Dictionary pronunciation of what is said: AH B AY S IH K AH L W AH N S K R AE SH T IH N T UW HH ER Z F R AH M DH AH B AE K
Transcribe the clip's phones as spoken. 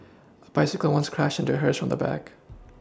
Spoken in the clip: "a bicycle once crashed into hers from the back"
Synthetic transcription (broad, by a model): AH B AY S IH K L W AH N S K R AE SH IH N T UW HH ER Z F R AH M DH AH B AE K